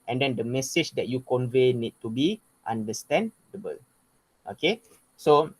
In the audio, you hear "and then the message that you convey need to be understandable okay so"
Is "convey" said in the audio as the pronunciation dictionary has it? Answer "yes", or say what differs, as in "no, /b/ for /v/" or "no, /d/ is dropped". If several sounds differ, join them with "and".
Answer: yes